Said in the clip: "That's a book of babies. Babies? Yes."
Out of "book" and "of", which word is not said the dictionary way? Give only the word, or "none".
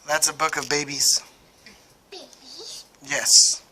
none